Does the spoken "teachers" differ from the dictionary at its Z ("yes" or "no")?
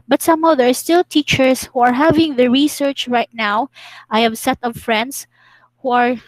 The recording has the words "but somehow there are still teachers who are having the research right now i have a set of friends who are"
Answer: yes